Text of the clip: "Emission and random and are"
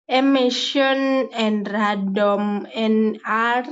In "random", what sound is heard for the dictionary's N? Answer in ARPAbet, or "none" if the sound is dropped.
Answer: none